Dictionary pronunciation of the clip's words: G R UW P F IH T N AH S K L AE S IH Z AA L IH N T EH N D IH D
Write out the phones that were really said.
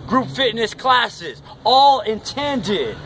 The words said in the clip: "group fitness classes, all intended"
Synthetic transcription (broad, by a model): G R UW P F IH T N AH S K L AE S IH Z AA L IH N T EH N D IH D